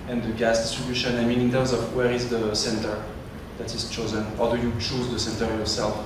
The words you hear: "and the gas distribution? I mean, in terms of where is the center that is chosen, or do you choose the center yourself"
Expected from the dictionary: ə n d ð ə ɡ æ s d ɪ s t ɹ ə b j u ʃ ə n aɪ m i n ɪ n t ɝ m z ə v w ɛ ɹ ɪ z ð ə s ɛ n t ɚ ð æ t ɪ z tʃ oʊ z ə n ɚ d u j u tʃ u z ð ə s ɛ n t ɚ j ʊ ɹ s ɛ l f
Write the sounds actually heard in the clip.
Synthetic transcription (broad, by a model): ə n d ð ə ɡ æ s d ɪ s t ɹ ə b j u ʃ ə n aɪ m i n ɪ n t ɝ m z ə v w ɛ ɹ ɪ z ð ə s ɛ n t ɚ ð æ t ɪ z tʃ oʊ z ə n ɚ d u j u tʃ u z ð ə s ɛ n t ɚ j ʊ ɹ s ɛ l f